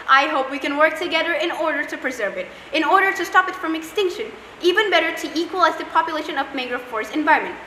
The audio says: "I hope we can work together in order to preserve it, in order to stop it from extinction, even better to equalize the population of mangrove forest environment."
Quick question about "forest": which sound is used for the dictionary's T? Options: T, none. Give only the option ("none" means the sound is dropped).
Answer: none